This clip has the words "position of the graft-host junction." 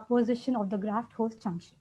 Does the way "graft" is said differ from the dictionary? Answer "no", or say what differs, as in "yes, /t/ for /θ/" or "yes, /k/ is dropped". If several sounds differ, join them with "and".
no